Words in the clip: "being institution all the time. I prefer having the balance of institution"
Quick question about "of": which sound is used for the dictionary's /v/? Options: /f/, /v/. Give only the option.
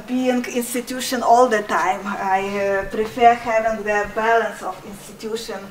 /f/